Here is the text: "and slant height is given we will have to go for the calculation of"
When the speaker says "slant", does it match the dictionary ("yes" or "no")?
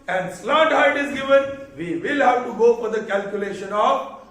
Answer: no